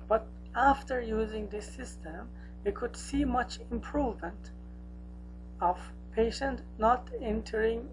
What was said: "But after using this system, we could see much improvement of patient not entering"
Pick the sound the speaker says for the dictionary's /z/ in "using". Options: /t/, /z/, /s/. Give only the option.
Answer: /z/